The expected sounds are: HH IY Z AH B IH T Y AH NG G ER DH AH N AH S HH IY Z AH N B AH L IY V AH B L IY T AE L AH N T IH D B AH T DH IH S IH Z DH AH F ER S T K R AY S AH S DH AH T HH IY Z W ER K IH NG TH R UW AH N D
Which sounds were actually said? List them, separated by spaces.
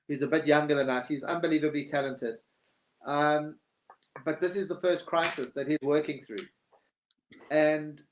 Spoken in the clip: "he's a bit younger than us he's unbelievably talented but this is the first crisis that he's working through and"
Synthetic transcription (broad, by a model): HH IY Z AH B IH T Y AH NG G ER DH AH N AH S HH IY Z AH N B AH L IY V AH B L IY T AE L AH N T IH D B AH T DH IH S IH Z DH AH F ER S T K R AY S AH S DH AH T HH IY Z W ER K IH NG TH R UW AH N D